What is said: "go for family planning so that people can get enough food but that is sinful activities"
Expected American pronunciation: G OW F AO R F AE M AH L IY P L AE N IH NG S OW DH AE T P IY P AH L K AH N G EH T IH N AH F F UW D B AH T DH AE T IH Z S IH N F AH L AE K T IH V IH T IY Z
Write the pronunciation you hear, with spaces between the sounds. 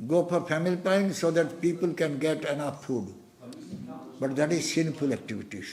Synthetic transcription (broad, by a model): G OW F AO R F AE M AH L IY P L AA IH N S OW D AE T P IY P AH L K AH N G EH T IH N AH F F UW D B AH T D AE T IH Z S IH N F AH L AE K T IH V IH T IY